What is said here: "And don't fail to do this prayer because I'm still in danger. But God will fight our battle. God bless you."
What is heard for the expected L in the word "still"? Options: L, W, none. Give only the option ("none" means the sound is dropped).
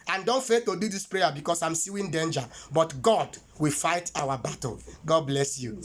W